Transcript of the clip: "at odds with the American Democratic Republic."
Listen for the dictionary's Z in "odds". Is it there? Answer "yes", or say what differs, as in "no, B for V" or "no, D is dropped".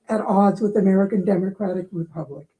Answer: yes